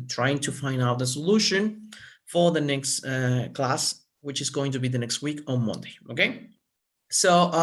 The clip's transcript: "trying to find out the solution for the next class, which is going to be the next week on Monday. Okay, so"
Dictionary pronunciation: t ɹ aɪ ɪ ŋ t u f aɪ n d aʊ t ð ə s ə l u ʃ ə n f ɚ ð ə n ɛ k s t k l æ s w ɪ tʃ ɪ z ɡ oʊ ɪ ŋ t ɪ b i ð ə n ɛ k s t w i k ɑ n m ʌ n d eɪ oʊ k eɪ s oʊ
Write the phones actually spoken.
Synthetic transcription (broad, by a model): t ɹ aɪ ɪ ŋ t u f aɪ n d aʊ t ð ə s ə l u ʃ ə n f ɚ ð ə n ɛ k s t k l æ s w ɪ tʃ ɪ z ɡ oʊ ɪ ŋ t ɪ b i ð ə n ɛ k s t w i k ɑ n m ʌ n d eɪ oʊ k eɪ s oʊ